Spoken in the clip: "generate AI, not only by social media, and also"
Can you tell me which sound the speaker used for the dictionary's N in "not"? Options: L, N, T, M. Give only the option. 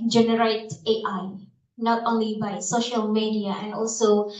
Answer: N